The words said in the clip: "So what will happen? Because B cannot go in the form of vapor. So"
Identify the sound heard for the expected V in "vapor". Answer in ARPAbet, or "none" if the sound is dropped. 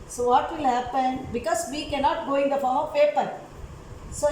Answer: P